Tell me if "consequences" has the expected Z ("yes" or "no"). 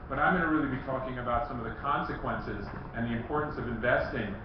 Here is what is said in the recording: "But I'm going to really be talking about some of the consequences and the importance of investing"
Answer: yes